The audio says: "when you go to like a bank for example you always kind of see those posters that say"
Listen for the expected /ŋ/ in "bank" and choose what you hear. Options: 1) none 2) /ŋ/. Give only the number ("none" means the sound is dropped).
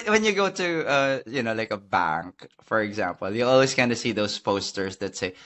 2